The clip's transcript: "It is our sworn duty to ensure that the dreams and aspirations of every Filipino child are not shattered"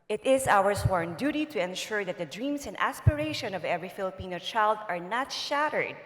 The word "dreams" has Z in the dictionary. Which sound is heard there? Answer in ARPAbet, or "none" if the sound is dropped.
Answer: S